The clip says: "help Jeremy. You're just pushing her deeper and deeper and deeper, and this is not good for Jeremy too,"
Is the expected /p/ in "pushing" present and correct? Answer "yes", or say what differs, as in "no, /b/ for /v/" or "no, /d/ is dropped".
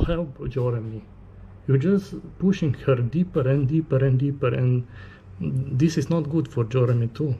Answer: yes